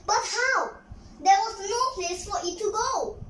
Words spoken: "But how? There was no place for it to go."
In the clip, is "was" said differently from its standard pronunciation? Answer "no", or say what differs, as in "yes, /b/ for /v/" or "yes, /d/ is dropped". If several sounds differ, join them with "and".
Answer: yes, /s/ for /z/